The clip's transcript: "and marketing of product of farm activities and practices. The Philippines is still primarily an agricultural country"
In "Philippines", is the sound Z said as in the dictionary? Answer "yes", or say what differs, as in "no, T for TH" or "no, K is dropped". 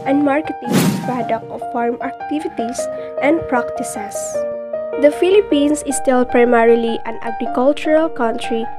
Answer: no, S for Z